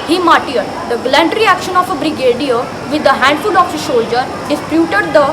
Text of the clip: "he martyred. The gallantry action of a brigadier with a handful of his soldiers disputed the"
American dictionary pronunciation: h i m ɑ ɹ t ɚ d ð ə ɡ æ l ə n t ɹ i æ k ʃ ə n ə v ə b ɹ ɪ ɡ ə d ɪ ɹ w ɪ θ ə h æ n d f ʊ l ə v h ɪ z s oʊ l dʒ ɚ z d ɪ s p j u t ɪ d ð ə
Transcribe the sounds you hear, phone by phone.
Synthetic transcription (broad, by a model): h i m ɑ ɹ t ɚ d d ə ɡ l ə n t ɹ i æ k ʃ ə n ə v ə b ɹ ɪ ɡ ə d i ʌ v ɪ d ə h æ n d f ʊ l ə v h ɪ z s oʊ l dʒ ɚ d ɪ s p j u t ɪ d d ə